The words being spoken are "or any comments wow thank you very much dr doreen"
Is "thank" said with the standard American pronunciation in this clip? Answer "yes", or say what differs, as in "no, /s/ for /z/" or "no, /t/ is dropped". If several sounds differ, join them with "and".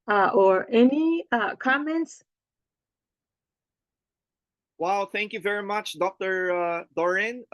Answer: yes